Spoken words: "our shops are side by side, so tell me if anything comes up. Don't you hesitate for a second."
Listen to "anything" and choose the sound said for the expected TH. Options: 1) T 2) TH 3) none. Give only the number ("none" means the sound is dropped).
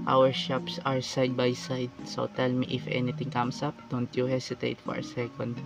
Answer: 1